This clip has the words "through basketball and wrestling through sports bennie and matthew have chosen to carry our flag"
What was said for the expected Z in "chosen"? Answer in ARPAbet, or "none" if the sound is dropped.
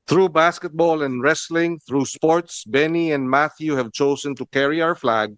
S